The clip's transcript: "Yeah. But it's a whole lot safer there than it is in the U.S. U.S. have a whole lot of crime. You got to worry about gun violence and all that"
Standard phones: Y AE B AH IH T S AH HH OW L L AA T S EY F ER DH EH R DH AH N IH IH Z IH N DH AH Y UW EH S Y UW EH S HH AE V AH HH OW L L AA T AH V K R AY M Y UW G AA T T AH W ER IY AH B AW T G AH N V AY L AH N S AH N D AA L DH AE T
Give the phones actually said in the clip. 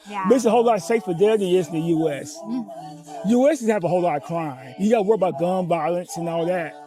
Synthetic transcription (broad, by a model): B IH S AH HH OW L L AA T S EY F ER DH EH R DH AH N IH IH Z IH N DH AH Y UW EH S Y UW EH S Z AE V AH HH OW L L AA T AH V K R AY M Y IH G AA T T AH W ER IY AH B AW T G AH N B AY L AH N S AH N AA L DH AE T